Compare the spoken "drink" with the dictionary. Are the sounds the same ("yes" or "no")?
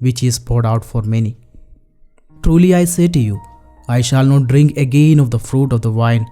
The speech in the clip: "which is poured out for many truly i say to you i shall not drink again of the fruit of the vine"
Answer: yes